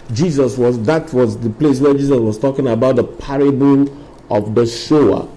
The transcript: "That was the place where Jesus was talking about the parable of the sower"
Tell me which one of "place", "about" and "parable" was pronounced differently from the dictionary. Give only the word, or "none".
parable